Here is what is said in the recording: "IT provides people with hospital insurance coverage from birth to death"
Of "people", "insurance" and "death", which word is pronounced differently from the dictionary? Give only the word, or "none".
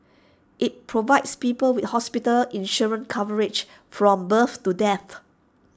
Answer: insurance